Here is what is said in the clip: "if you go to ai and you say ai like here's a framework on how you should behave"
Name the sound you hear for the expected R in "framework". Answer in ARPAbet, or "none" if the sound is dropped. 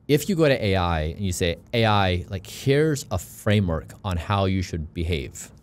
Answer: R